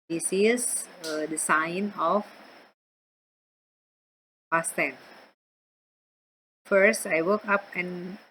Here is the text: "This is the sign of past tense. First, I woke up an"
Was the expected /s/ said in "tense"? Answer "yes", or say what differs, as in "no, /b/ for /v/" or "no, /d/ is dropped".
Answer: no, /s/ is dropped